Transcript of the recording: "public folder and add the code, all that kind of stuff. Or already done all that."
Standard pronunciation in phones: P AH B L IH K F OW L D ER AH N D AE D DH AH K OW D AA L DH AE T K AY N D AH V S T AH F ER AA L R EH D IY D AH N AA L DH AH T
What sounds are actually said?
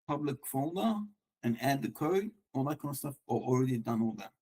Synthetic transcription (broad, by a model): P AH B L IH K F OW N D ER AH N AE D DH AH K OW D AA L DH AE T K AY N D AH S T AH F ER AA L R EH D IY D AH N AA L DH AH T